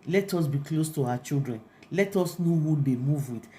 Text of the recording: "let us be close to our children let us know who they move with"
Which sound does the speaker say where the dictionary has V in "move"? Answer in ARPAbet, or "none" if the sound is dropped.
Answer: V